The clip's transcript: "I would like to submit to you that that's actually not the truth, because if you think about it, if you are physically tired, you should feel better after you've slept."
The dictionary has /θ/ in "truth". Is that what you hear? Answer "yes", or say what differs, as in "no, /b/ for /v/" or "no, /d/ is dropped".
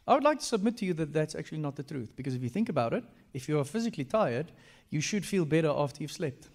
yes